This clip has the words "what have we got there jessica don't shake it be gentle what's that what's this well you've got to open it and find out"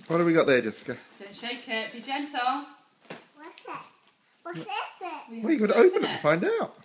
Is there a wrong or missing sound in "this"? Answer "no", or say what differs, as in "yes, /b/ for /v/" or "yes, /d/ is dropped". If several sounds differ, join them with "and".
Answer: yes, /s/ is dropped